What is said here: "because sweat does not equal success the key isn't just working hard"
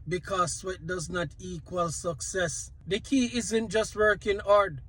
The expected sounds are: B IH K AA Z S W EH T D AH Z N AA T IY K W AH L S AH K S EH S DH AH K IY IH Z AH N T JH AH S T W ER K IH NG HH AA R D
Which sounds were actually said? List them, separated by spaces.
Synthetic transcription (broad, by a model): B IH K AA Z S W EH T D AH Z N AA T IY K W AH L S AH K S EH S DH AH K IY IH Z AH N T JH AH S T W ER K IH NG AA R D